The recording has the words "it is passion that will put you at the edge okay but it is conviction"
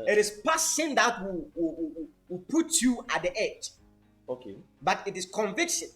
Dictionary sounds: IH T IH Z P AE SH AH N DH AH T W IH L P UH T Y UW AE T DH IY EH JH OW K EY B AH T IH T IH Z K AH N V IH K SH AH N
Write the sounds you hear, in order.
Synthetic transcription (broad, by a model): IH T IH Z P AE S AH N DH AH T W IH W P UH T Y UW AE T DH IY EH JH OW K EY B AH T IH T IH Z K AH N V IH K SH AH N